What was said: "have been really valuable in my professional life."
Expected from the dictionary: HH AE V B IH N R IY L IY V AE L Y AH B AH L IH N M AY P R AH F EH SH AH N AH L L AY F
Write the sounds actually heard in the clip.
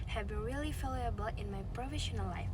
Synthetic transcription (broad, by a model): HH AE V B IH N R IY L IY F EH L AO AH B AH L IH N M AY P R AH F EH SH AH N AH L L AY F